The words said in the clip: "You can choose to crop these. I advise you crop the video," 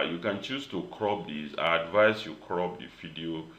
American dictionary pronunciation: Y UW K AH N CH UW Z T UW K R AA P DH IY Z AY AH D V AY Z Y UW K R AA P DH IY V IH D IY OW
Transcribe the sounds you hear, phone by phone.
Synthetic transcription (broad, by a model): Y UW K AH N CH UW S T UW K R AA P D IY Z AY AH D V AY S Y UW K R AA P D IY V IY D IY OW